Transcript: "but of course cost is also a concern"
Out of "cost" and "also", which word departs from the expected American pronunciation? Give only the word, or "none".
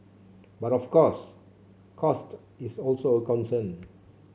none